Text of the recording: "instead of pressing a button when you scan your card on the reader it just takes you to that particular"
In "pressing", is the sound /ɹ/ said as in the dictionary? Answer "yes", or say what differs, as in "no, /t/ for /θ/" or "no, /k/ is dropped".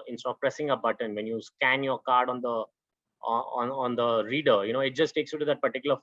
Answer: yes